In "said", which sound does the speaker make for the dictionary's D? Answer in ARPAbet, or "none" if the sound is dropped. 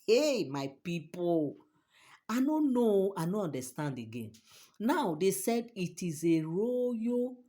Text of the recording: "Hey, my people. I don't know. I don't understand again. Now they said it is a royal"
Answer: D